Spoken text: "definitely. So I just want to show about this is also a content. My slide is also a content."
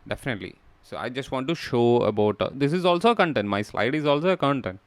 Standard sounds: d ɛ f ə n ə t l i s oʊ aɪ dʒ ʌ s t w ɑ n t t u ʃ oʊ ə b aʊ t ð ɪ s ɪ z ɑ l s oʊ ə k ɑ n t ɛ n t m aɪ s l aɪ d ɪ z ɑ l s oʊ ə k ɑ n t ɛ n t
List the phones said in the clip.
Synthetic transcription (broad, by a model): d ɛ f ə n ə t l i s oʊ aɪ dʒ ʌ s t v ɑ n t t u ʃ oʊ ə b aʊ t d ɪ s ɪ z ɑ l s oʊ ə k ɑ n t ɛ n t m aɪ s l aɪ d ɪ z ɑ l s oʊ ə k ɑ n t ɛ n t